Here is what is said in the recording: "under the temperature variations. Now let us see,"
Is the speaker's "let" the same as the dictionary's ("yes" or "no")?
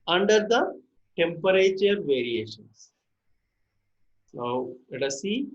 no